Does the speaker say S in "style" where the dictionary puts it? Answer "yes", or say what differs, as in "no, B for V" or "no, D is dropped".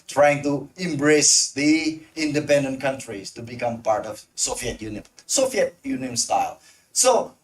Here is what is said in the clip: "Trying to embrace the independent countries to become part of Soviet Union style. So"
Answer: yes